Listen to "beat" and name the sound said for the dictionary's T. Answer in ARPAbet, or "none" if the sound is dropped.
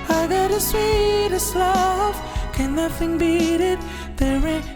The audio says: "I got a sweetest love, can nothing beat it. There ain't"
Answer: T